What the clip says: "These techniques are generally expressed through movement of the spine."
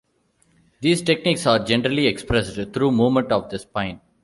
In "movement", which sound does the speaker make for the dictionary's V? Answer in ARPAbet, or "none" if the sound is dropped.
none